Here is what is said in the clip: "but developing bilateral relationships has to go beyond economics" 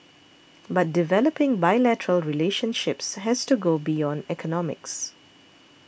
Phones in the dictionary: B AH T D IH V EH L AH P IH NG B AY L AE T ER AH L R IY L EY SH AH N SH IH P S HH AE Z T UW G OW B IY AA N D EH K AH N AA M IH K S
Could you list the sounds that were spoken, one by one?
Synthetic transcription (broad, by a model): B AH T D IH V EH L AH P IH NG B AY L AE T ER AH L R IY L EY SH AH N SH IH P S HH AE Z T UW G OW B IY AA N D EH K AH N AA M IH K S